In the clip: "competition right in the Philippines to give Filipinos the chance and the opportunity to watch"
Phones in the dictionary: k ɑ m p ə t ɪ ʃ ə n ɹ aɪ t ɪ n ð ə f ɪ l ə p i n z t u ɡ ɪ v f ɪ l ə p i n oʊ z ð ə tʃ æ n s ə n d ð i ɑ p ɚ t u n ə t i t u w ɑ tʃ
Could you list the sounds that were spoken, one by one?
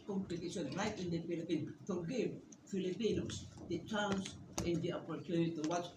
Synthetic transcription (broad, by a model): k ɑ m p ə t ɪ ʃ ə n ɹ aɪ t ɪ n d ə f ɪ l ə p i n t u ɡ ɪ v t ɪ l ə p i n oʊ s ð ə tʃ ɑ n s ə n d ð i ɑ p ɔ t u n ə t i t u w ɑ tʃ